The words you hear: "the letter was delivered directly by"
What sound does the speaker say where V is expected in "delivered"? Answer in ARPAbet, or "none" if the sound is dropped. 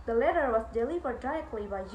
P